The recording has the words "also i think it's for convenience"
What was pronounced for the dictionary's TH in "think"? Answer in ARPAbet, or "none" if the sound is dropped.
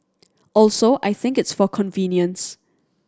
TH